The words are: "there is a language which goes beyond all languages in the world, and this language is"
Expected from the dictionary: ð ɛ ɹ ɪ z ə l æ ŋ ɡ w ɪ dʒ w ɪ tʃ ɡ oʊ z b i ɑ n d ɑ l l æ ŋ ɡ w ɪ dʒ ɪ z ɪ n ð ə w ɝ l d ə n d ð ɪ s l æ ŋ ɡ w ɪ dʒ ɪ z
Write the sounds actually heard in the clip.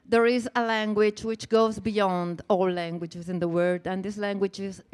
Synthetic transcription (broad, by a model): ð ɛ ɹ ɪ z ə l æ ŋ ɡ w ɪ dʒ w ɪ tʃ ɡ oʊ z b i ɑ n d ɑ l l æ ŋ ɡ w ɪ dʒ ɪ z ɪ n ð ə w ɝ d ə n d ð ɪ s l æ ŋ ɡ w ɪ dʒ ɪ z